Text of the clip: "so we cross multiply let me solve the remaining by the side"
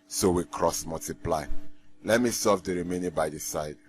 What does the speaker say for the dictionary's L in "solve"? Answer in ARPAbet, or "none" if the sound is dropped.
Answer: none